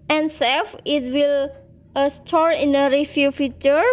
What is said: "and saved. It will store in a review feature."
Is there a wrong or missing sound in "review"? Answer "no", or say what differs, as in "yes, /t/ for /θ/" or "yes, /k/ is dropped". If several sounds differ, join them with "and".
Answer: yes, /f/ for /v/